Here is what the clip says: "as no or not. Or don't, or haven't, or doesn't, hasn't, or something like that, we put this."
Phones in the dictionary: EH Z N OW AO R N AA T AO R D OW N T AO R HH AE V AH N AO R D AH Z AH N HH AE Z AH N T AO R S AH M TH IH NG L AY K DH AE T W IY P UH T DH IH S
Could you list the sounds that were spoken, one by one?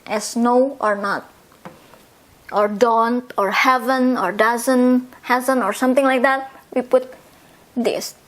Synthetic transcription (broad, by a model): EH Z N OW AO R N AA T AO R D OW N T AO R HH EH V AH N AO R D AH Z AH N HH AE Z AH N AO R S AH M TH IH NG L AY K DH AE T W IY P UH T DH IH S